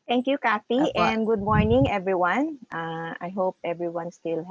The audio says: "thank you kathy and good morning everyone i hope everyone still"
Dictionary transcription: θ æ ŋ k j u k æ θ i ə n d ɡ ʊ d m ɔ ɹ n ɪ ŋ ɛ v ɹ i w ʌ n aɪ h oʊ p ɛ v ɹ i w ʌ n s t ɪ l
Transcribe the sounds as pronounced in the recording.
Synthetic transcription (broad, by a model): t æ ŋ k j u k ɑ f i ə n d ɡ ʊ d m ɔ ɹ n ɪ ŋ ɛ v ɹ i w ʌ n aɪ h oʊ p ɛ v ɹ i w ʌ n s t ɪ l